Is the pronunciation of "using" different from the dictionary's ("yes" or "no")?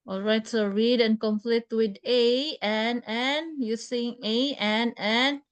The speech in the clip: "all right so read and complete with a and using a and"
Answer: yes